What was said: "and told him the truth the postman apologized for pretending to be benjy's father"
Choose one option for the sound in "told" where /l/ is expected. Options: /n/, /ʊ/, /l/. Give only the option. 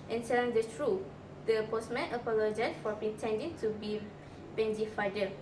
/n/